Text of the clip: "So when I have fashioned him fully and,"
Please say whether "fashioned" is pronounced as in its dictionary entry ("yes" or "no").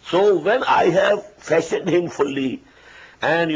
no